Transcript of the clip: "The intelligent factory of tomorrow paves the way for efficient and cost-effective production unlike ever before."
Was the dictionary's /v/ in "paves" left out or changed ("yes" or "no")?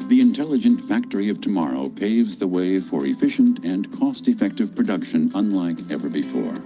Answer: no